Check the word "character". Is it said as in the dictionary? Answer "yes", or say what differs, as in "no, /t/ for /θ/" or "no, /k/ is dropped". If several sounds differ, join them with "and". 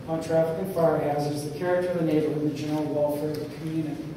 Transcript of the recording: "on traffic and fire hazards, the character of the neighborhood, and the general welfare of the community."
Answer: yes